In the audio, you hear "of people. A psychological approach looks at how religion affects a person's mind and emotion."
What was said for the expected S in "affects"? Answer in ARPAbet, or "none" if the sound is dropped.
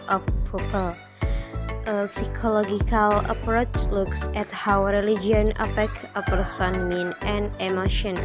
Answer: none